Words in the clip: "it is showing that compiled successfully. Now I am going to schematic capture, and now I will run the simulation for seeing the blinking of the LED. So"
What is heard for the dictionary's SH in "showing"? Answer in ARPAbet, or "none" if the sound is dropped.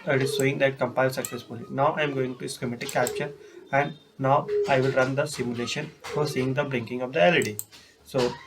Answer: S